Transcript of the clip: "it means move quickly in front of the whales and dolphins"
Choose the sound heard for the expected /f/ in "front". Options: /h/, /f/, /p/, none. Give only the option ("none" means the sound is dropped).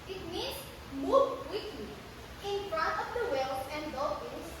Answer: /f/